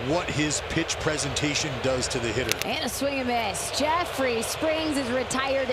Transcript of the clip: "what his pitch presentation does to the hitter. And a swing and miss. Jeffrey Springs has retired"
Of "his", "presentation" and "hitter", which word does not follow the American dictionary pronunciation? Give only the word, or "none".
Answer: none